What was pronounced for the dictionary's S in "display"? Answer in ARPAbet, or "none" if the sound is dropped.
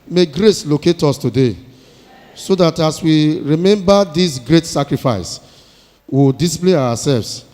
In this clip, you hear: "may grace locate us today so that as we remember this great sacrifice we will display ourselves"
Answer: none